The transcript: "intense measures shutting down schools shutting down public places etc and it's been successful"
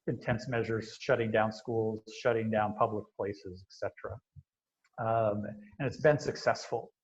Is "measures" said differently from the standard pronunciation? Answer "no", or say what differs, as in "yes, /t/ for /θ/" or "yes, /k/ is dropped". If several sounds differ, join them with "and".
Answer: no